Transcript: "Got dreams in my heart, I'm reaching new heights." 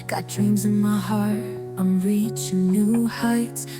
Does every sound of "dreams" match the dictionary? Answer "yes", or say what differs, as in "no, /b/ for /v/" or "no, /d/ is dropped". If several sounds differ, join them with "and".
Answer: yes